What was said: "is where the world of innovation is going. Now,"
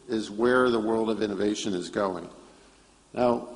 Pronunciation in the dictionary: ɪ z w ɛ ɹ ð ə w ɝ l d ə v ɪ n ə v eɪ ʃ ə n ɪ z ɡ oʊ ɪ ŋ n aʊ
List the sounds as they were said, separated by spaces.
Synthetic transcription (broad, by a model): ɪ z w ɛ ɹ ð ə w ɝ l d ə v ɪ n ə v eɪ ʃ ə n ɪ z ɡ oʊ ɪ ŋ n aʊ